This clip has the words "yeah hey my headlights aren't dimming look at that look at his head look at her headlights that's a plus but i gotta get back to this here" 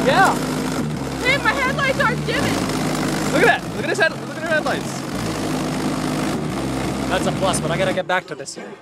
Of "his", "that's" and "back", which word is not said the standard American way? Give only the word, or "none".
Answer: his